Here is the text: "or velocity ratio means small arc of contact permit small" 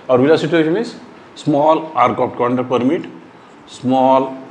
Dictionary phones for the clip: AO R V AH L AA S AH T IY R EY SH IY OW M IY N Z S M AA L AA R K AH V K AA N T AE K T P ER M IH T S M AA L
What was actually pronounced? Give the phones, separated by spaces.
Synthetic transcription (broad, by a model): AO R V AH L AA S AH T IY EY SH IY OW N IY Z S M AA L AA R K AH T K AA N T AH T P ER M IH T S M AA L